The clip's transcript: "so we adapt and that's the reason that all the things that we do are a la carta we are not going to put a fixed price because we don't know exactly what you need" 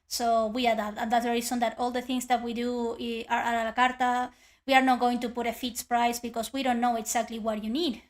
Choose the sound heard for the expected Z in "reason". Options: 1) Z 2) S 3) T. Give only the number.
2